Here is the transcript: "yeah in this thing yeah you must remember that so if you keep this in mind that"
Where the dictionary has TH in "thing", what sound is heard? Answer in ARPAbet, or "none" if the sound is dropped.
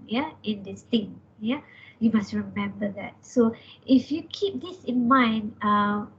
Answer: T